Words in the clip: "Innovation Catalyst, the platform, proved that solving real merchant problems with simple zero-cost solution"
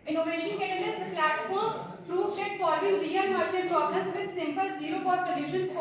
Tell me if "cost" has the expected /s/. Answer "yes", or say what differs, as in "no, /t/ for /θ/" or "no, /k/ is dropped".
no, /s/ is dropped